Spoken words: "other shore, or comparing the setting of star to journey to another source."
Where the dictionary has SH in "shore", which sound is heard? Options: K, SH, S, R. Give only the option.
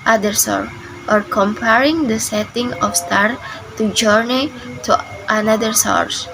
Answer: S